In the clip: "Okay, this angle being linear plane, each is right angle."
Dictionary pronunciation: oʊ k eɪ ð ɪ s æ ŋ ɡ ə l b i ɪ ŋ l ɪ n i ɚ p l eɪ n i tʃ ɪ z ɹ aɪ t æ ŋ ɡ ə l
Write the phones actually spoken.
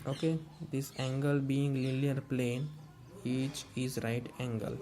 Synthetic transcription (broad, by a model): oʊ k eɪ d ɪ s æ ŋ ɡ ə l b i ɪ ŋ l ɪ l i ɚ p l eɪ n i tʃ ɪ z ɹ aɪ t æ ŋ ɡ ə l